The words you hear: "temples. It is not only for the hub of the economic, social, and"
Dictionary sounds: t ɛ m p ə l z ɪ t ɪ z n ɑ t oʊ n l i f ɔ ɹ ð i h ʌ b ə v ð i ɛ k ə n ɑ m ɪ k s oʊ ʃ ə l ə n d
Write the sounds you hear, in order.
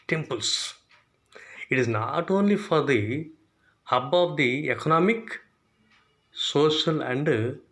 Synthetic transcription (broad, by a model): t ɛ m p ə l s ɪ t ɪ z n ɑ t oʊ n l i f ɔ ɹ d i h ʌ b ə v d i ɛ k ə n ɑ m ɪ k s oʊ ʃ ə l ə n d